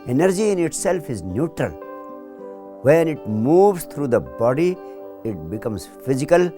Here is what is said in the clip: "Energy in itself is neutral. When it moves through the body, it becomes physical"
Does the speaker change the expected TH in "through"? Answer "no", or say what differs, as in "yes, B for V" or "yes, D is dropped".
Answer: yes, T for TH